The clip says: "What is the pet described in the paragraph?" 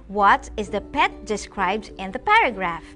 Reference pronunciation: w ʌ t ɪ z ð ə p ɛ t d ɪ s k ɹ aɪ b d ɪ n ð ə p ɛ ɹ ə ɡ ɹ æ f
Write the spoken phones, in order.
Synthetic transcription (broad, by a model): w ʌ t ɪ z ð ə p ɛ t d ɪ s k ɹ aɪ b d ɪ n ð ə p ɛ ɹ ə ɡ ɹ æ f